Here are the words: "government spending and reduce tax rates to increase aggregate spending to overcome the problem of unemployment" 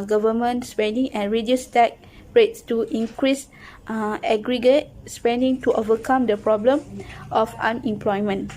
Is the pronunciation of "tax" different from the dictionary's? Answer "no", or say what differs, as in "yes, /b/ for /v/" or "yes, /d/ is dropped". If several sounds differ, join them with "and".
yes, /s/ is dropped